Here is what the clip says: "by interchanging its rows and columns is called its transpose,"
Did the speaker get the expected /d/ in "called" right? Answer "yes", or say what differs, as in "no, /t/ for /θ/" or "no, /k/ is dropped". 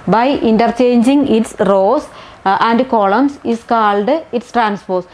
yes